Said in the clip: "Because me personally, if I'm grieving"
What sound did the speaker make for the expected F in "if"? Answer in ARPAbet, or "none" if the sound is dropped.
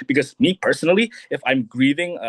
F